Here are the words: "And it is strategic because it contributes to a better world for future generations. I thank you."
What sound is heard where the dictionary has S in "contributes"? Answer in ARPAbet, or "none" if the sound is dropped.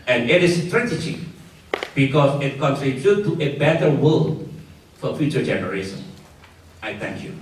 none